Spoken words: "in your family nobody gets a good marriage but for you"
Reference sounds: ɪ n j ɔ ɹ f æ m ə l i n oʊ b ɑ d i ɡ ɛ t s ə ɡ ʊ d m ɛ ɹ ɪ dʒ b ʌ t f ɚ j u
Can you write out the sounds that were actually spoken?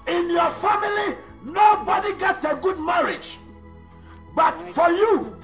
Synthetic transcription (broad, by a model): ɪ n j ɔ f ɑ m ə l i n oʊ b ɑ d i ɡ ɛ t ə ɡ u d m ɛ ɹ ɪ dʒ b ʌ t f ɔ j u